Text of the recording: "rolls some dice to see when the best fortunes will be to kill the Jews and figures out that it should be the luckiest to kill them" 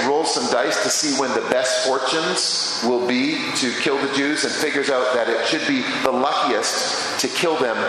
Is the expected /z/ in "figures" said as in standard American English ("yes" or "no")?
yes